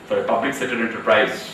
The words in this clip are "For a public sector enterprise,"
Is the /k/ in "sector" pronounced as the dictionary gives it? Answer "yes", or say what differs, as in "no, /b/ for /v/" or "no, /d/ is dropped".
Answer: no, /k/ is dropped